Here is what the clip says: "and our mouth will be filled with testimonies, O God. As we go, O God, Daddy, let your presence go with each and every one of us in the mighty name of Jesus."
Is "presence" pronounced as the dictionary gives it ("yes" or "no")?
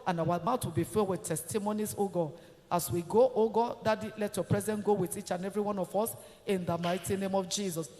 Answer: no